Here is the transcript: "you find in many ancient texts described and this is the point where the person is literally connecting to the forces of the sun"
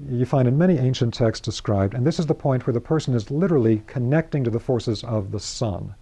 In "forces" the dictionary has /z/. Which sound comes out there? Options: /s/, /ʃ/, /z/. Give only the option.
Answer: /z/